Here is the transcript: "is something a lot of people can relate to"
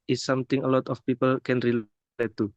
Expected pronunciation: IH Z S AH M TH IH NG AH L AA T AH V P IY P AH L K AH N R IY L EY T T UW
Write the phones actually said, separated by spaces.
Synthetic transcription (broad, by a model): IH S S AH M T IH NG AH L AA T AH F P IY P AH L K AH N R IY L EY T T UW